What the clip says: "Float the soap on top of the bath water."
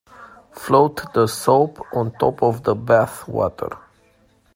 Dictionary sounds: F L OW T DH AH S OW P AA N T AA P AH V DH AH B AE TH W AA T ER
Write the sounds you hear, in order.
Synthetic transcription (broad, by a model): F L OW T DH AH S OW P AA N T AA P AH V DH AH B AE TH W AA T ER